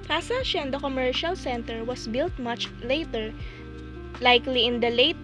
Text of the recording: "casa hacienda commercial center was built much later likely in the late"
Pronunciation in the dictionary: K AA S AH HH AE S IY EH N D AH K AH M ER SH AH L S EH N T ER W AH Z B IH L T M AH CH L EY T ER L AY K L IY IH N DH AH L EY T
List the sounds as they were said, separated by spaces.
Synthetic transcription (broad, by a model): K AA S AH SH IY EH N D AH K AH M ER SH AH L S EH N T ER W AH S B IH L T M AH CH L EY T ER L AY K L IY IH N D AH L EY T